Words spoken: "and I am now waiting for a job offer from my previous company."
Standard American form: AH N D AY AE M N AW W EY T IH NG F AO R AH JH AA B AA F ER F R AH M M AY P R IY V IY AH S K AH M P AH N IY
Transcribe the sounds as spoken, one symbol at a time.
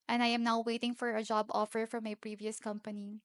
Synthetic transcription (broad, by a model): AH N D AY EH M N AW W EY T IH NG F AO R AH JH AA B AA F ER F R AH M M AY P R IY V IY AH S K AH M P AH N IY